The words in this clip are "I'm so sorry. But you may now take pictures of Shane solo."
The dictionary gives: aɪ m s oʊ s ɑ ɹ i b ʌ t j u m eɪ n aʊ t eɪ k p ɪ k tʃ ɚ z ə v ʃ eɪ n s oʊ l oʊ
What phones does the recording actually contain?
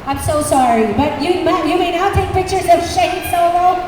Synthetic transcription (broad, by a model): aɪ m s oʊ s ɑ ɹ i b ʌ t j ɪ m eɪ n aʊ t eɪ k p ɪ k tʃ ɚ z ə v ʃ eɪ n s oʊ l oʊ